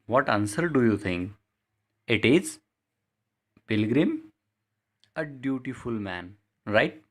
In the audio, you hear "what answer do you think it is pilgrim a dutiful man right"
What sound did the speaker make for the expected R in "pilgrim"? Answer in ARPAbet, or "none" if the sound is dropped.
R